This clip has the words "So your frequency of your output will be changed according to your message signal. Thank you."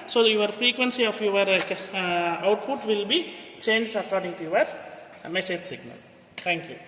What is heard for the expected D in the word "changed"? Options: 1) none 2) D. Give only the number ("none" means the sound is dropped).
1